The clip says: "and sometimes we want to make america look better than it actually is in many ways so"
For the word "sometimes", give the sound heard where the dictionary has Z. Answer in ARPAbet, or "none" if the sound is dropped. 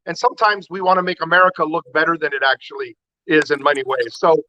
Z